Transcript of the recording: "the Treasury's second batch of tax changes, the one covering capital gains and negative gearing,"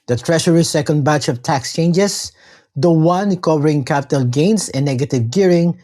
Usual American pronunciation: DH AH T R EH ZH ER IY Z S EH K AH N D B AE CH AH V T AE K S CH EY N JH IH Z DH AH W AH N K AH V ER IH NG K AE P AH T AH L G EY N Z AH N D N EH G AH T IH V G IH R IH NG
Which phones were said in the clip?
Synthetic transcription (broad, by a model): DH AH T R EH SH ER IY S EH K AH N D B AE CH AH V T AE K S CH EY N JH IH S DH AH W AH N K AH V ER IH NG K AE P AH T AH L G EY N S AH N N EH G AH T IH V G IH R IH NG